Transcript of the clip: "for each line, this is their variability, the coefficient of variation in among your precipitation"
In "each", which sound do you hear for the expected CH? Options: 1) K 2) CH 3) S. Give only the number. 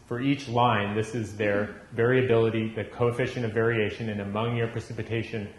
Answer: 2